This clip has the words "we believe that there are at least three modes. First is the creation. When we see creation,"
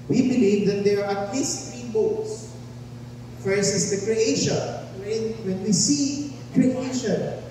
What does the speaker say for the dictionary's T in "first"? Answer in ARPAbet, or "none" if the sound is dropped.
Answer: none